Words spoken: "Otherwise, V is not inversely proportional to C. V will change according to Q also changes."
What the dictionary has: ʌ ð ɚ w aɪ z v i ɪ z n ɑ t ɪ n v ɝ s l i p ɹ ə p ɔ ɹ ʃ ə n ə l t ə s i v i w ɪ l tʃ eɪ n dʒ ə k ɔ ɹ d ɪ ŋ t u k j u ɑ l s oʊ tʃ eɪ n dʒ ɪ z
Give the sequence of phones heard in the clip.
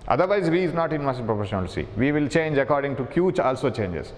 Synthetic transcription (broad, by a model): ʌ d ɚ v aɪ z v i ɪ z n ɑ t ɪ n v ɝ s i p ɹ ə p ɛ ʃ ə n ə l s i v i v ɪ l tʃ eɪ n dʒ ə k ɔ ɹ d ɪ ŋ t u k j u ɑ l s oʊ tʃ eɪ n dʒ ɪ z